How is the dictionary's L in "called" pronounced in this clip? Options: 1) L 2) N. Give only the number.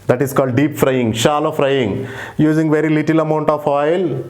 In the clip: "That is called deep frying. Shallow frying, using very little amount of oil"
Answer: 1